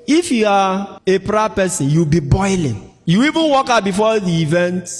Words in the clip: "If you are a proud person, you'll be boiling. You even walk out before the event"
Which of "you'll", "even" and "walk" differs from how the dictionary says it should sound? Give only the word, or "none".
you'll